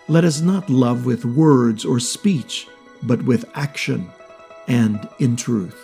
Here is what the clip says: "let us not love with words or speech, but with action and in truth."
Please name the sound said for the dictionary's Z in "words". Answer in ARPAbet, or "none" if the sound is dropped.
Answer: Z